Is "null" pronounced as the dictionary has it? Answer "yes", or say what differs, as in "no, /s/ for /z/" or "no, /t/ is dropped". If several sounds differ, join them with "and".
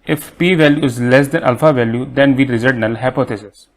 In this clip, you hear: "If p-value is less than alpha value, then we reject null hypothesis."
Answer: yes